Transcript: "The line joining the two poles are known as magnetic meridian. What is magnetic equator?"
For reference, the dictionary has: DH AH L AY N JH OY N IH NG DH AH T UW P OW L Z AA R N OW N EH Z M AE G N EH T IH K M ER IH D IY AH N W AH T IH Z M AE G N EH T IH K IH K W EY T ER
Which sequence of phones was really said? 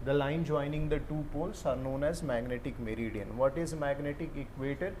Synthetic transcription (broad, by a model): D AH L AY N JH OY N IH NG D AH T UW P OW L S AA R N OW N EH Z M AE G N EH T IH K M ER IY D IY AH N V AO T IH Z M AE G N EH T IH K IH K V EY T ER